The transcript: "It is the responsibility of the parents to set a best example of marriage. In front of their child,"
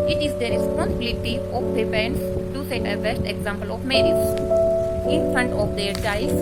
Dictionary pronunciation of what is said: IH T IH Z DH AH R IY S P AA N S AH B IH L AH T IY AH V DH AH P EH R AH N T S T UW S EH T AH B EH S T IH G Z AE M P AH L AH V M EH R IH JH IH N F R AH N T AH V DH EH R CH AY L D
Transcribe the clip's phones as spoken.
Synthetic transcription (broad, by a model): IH T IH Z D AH R IY S P AA N S AH B IH L AH T IY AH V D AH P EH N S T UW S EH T AH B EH S T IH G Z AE M P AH L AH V M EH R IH Z IH N F R AH N T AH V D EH R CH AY